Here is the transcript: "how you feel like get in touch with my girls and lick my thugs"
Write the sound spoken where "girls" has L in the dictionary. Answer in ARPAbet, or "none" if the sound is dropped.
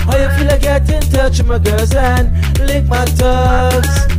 none